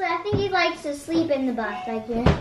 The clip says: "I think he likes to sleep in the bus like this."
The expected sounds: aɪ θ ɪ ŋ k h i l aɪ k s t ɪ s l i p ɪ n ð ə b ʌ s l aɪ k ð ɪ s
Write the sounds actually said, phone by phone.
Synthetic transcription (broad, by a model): aɪ θ ɪ ŋ k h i l aɪ k t ɪ s l i p ɪ n ð ə b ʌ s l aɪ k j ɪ